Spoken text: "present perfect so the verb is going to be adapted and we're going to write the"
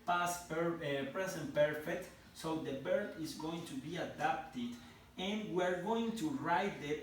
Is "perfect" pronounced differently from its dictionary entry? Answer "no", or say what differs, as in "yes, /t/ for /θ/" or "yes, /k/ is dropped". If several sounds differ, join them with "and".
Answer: no